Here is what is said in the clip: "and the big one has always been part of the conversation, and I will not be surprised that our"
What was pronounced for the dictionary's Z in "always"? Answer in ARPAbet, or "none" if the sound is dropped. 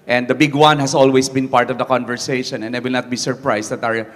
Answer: S